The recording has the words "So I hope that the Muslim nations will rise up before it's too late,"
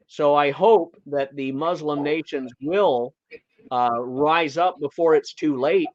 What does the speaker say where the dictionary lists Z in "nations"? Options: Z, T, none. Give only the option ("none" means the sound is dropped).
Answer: Z